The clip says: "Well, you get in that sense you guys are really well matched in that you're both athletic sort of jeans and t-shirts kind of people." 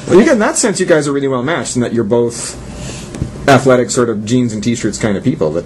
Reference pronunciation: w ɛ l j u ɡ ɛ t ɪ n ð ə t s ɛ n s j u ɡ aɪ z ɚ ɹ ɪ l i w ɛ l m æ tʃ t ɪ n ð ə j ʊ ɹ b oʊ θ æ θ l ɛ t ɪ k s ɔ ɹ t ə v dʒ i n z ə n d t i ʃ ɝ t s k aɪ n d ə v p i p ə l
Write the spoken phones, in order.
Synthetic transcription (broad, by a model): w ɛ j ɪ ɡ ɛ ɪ n ð ə t s ɛ n s j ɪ ɡ aɪ z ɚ ɹ ɪ l i w ɛ l m æ tʃ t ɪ n ð ə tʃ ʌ ɹ b oʊ θ æ θ l ɛ t ɪ k s ɔ ɹ t ə v dʒ i n z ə n t i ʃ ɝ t s k aɪ n d ə v p i p l